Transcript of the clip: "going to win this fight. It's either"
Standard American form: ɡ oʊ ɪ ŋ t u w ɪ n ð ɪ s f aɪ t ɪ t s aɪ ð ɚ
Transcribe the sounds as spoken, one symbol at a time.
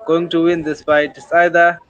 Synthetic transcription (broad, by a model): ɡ oʊ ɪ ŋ t u w ɪ n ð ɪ s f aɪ ɪ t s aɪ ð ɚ